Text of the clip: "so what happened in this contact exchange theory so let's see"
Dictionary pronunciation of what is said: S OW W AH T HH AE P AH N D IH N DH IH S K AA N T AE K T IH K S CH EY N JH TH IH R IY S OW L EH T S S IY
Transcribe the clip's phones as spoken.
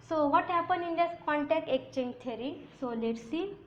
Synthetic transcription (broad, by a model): S OW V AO T HH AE P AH N IH N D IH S K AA N T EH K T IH K CH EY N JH T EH R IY S OW L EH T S S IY